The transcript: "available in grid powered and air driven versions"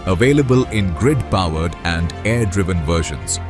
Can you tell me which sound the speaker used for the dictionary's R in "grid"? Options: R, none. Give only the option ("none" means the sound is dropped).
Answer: R